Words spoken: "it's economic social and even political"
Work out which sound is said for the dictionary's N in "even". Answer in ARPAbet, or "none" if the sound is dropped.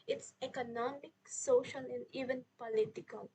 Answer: N